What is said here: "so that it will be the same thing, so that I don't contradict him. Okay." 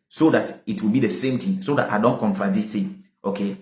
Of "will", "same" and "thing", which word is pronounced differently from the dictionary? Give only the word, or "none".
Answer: thing